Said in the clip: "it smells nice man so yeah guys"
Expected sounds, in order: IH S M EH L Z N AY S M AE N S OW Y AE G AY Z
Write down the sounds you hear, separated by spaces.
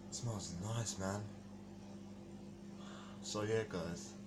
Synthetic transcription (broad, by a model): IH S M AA Z N AY S M AE N S OW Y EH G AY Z